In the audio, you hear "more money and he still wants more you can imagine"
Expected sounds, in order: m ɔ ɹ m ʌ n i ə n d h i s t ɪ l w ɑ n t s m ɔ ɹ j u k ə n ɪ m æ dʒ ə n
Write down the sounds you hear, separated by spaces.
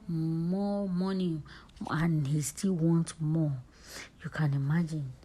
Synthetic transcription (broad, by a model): m ɔ m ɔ n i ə n h i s t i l w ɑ n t m ɔ j u k ə n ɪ m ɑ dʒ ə n